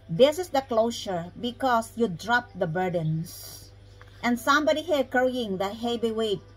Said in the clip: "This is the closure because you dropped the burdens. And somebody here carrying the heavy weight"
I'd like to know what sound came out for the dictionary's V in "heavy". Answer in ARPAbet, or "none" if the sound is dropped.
B